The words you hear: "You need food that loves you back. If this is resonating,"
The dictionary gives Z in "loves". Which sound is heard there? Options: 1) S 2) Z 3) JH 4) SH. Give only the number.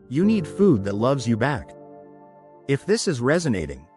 2